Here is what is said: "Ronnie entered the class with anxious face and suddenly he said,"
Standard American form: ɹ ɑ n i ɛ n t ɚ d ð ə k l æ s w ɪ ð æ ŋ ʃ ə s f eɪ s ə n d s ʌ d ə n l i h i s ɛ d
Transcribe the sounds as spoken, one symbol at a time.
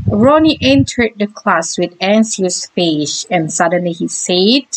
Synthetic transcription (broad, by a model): ɹ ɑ n i ɛ n t ɚ d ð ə k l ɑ s w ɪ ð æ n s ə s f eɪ ʃ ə n s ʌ d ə n l i h i s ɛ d